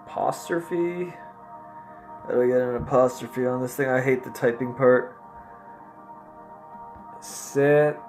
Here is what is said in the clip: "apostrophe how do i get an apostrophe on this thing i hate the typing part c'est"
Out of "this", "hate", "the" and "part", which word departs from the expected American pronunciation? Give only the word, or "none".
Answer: none